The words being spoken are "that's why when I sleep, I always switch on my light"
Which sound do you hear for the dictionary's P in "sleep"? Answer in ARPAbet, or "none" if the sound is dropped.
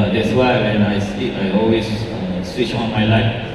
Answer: none